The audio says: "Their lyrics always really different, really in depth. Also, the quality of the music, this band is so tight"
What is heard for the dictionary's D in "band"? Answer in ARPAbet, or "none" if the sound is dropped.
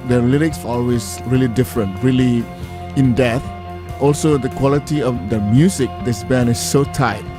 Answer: none